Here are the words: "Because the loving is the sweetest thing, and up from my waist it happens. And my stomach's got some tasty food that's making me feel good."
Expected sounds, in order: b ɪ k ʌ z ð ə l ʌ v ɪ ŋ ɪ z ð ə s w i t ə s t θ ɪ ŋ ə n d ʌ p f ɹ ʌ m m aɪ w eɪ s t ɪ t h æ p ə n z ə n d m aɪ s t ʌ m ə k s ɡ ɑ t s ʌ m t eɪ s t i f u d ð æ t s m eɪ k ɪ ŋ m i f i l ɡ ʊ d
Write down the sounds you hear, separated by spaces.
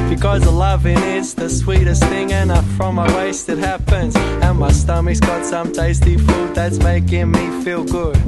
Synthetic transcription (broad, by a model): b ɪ k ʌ z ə l ʌ v ɪ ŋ ɪ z ð ə s w i t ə s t θ ɪ ŋ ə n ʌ f ɹ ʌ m m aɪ w eɪ s t ɪ t h æ p ə n z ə n m aɪ s t ʌ m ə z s ɡ ɑ t s ʌ m t eɪ s t i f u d ð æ t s m eɪ k ɪ ŋ m i f i l ɡ ʊ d